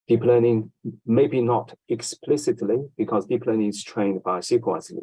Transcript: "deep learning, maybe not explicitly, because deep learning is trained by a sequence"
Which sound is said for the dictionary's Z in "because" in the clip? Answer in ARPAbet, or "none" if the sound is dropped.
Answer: Z